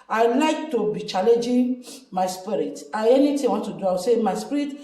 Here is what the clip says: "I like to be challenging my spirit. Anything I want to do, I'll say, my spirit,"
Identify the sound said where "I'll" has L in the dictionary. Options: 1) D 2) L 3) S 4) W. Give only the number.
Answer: 4